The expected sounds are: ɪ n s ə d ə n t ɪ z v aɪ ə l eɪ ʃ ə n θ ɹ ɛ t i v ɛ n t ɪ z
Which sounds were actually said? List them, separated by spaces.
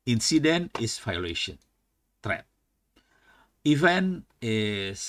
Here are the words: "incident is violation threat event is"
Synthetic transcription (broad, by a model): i n s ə d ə n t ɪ s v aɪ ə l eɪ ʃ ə n t ɹ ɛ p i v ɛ n ɪ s